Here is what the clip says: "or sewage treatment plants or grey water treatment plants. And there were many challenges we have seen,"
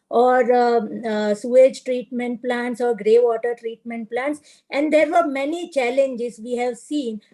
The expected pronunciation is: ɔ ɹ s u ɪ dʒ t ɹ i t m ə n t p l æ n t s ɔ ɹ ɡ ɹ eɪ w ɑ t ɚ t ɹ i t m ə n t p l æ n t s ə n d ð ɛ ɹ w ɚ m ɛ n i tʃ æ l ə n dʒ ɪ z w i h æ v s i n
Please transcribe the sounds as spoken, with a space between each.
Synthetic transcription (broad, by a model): ɔ ɹ s u ɪ dʒ t ɹ i t m ə n t p l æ n t s ɔ ɹ ɡ ɹ eɪ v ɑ t ɚ t ɹ i t m ə n t p l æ n t s ə n d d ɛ ɹ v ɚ m ɛ n i tʃ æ l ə n dʒ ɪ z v i h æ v s i n